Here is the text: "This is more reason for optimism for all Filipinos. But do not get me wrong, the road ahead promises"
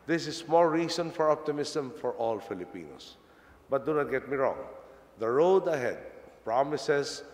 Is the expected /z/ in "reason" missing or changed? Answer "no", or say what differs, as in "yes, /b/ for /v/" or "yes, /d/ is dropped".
yes, /s/ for /z/